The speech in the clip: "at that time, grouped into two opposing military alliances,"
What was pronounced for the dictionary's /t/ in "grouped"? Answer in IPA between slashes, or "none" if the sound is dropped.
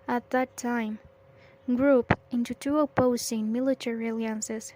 none